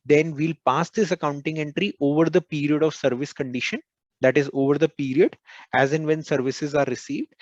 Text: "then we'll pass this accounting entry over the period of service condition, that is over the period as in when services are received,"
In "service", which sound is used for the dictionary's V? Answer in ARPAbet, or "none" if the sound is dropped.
V